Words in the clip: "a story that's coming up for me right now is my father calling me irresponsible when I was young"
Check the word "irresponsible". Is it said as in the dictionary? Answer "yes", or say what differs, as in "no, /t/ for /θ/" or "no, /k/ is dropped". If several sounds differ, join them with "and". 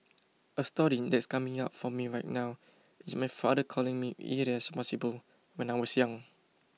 no, /n/ is dropped